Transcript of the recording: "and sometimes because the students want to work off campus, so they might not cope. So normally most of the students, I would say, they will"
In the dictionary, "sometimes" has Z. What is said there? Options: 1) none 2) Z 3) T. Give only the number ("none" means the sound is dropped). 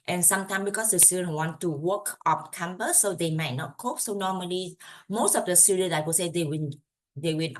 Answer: 1